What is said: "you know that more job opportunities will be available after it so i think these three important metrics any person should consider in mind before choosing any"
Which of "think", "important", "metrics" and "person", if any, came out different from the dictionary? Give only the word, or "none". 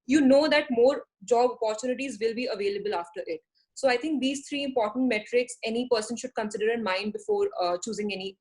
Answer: think